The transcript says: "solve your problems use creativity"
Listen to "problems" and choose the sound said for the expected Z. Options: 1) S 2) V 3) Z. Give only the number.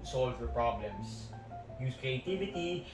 1